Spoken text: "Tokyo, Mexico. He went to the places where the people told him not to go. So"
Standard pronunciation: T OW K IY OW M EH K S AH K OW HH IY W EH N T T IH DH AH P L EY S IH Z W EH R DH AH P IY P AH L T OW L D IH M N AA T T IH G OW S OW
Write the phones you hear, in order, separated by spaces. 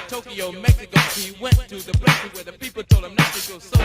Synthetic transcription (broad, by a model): T OW K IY OW M EH K S AH K OW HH IY W EH N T T IH DH AH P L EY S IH W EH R DH AH P IY P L T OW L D IH M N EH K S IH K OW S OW